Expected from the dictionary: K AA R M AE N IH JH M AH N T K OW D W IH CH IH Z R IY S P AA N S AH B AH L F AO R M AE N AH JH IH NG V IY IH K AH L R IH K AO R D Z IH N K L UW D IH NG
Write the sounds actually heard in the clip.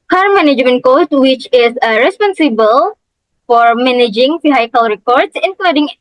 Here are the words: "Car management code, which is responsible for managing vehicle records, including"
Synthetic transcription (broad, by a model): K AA R M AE N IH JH M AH N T K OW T W IH CH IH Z R IY S P AA N S AH B AH L F AO R M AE N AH JH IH NG F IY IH K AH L R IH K AO R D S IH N K L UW D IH NG